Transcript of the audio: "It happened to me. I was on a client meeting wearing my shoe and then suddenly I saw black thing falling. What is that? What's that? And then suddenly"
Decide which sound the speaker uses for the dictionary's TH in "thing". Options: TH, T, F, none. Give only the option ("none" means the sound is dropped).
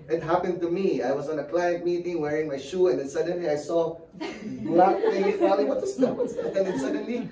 T